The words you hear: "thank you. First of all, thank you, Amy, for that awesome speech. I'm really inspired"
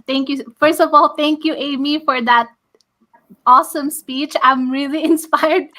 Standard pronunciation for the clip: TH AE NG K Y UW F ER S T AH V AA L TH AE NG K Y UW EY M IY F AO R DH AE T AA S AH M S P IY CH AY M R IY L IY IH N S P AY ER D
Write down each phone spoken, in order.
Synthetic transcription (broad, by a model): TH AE NG K Y UW F ER S T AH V AA L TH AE NG K Y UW EY M IY F AO R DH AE T AA S AH M S P IY CH AY M R IY L IY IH N S P AY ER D